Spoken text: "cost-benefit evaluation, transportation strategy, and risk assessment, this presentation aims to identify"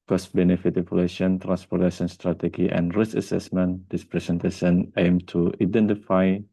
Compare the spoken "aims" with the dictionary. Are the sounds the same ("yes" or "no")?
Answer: no